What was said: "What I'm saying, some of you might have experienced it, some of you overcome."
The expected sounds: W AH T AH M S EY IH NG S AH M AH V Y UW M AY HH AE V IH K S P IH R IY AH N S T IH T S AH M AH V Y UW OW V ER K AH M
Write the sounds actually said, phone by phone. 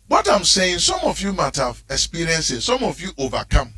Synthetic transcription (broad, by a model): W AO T AH M S EY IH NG S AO M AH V Y UW M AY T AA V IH K S P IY R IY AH N S IH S S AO M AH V Y UW OW V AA K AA M